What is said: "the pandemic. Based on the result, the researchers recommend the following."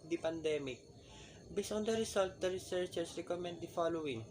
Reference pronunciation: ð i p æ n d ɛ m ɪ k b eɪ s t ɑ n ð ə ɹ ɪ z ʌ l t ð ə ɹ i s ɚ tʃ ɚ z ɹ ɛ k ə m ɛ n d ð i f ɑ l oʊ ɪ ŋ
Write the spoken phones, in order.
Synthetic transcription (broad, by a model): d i p æ n d ɛ m ɪ k b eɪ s ɑ n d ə ɹ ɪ s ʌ l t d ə ɹ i s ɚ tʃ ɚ s ɹ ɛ k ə m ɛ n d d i f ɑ l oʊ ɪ ŋ